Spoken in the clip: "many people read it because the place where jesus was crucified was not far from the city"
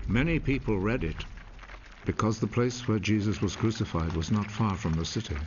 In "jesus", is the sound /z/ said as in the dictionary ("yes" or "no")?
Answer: yes